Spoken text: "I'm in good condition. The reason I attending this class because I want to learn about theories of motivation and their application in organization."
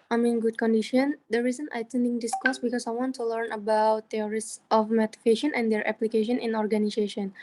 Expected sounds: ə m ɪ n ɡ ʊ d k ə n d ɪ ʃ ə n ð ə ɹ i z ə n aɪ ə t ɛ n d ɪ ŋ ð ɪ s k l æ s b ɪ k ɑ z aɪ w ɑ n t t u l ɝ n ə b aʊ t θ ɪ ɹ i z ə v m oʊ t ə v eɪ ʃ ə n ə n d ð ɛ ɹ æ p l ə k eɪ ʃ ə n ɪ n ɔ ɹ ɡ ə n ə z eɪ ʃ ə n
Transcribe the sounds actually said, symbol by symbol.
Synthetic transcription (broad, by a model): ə m ɪ n ɡ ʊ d k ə n d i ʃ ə n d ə ɹ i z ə n aɪ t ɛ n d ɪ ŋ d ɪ s k ɔ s b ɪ k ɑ s aɪ w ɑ n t t u l ɝ n ə b aʊ t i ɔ ɹ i s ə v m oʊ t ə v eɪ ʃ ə n ə n d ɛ ɹ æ p l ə k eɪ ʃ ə n ɪ n ɔ ɹ ɡ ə n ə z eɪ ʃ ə n